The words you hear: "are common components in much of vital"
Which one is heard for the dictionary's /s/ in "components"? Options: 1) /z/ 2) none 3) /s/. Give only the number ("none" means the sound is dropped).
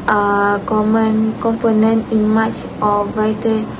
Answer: 2